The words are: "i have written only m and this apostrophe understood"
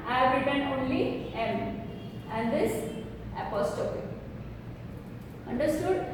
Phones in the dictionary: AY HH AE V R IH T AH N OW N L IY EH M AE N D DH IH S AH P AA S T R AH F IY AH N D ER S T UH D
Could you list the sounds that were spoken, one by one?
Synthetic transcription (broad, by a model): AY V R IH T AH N OW N L IY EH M AE N D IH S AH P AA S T AH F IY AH N D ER S T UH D